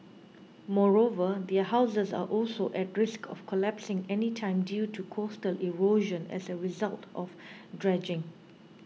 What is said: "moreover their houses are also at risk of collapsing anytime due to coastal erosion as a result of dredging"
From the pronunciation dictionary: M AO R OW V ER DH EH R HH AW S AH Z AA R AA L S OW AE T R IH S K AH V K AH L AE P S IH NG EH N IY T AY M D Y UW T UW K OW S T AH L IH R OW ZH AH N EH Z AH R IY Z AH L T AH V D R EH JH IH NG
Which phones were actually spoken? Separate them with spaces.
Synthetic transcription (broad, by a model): M AO R OW V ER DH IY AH HH AW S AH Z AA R AA L S OW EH T R IH S K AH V K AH L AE P S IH NG EH N IY T AY M D Y UW T UW K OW S T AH L IH R OW ZH AH N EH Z AH R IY Z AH L T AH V D R EH JH IH NG